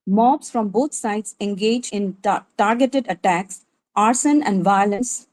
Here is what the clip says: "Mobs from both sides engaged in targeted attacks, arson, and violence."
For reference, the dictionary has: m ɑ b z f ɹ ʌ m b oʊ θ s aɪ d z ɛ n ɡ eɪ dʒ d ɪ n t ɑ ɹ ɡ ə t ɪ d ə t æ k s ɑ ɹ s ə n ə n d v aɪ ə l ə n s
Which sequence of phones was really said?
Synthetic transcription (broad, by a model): m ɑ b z f ɹ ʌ m b oʊ t s aɪ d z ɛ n ɡ eɪ dʒ ɪ n t ɑ ɹ ɡ ə t ɪ d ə t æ k s ɑ ɹ s ə n ə n d v aɪ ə l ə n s